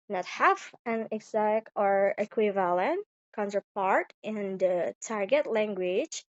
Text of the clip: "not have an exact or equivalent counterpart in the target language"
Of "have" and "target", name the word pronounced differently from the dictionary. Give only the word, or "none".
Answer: have